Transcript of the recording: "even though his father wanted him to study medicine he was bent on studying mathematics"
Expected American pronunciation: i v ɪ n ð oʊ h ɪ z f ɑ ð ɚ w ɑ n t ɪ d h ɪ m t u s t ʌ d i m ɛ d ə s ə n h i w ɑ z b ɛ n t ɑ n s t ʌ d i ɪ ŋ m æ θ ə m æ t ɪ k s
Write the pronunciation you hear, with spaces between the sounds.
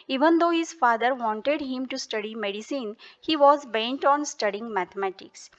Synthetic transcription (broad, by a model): i v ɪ n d oʊ h ɪ z f ɑ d ɚ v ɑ n t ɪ d h ɪ m t u s t ʌ d i m ɛ d ə s ə n h i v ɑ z b ɛ n t ɑ n s t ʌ d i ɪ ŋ m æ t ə m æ t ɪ k s